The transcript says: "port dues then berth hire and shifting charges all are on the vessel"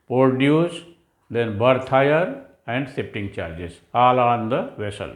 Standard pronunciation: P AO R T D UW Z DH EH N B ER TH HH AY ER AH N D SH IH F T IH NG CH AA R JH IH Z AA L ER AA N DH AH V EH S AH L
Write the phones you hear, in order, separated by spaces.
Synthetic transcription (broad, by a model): P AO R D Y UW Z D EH N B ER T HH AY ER AH N D S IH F T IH NG CH AA R JH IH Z AA L AA N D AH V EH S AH L